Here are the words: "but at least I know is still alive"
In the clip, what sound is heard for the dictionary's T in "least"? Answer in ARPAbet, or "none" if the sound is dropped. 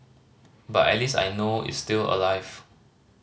none